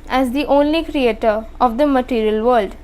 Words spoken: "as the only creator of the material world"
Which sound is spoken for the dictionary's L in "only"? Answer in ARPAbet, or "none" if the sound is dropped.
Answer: L